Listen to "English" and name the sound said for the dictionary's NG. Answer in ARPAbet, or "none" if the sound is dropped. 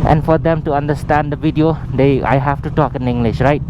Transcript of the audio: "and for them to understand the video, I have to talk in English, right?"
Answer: NG